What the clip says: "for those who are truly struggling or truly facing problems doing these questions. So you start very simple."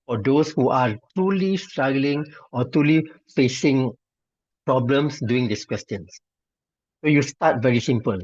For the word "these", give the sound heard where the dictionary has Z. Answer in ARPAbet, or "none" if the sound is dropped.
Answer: S